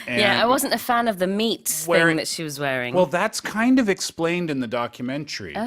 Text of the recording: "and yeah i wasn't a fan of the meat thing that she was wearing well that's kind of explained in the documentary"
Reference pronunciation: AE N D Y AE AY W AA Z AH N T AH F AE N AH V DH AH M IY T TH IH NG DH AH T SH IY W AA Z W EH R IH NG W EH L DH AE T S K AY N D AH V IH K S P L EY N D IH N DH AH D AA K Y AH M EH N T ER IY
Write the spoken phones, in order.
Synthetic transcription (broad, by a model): Y AE AY W AA Z AH N T AH F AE N AH V DH AH M IY T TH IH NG DH AH T SH IY W AA Z W EH R IH NG W EH L DH AE T S K AY N D AH V IH K S P L EY N D IH N DH AH D AA K Y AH M EH N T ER IY